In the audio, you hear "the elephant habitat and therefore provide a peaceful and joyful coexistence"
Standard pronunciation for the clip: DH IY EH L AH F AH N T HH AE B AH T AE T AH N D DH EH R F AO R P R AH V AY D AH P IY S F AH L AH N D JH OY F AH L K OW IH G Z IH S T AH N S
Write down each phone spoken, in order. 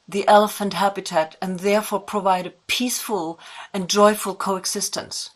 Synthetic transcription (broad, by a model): DH IY EH L AH F AH N T HH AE B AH T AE T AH N DH EH R F AO R P R AH V AY D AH P IY S F AH L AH N JH OY F AH L K OW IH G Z IH S T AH N S